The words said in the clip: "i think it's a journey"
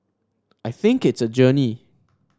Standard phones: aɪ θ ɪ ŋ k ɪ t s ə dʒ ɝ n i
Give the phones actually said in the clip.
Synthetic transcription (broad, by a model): aɪ θ ɪ ŋ k ɪ t s ə dʒ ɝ n i